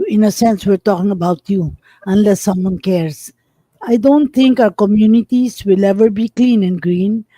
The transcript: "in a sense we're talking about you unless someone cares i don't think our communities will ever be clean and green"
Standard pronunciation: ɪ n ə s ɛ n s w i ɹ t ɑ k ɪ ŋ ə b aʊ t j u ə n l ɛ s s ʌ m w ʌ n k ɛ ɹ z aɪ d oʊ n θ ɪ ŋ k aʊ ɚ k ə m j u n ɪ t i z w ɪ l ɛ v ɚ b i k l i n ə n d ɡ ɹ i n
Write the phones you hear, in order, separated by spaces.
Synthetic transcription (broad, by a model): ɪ n ə s ɛ n s w i ɹ t ɑ k ɪ ŋ ə b aʊ t j u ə n l ɛ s s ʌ m w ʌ n k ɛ ɹ s aɪ d oʊ n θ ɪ ŋ k aʊ ɚ k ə m j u n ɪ t i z w ɪ l ɛ v ɚ b i k l i n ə n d ɡ ɹ i n